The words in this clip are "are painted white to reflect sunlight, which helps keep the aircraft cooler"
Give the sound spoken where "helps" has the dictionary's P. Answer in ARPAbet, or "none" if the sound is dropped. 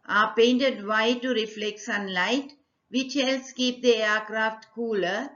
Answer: none